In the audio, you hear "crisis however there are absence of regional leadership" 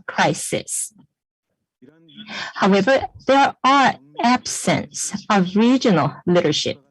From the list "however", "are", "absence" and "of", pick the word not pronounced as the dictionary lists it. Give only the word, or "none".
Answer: none